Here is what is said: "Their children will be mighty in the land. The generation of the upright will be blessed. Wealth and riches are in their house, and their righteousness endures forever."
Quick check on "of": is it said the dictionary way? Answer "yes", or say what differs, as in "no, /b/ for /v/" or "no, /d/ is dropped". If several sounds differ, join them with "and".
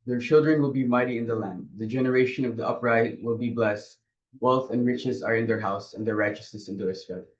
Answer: yes